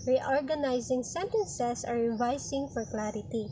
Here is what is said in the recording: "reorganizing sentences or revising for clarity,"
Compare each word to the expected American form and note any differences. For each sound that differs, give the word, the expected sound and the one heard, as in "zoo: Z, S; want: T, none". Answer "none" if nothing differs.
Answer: sentences: Z, S; revising: Z, S